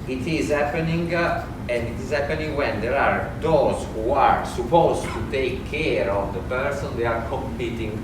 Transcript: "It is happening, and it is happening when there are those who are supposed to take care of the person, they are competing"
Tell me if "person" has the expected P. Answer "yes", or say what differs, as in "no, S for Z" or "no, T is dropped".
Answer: yes